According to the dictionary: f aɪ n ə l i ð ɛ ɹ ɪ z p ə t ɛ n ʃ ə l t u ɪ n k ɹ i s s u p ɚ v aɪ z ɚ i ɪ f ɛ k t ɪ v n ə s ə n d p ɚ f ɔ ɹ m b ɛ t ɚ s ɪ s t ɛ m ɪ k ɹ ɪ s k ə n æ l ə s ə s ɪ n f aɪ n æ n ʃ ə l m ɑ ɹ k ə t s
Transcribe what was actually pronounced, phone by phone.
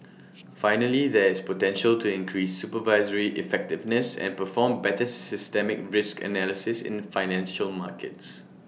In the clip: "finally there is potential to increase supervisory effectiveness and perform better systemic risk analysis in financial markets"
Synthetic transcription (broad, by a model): f aɪ n ə l i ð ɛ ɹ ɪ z p ə t ɛ n ʃ ə l t u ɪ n k ɹ i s s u p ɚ v aɪ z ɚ i ɪ f ɛ k t ɪ v n ə s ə n p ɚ f ɔ m b ɛ t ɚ s ɪ s t ɛ m ɪ k ɹ ɪ s k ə n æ l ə s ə s ɪ n f aɪ n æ n ʃ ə l m ɑ k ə t s